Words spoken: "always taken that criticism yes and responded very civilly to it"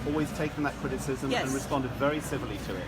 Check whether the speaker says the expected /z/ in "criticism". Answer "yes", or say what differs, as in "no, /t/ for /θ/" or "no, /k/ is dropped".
yes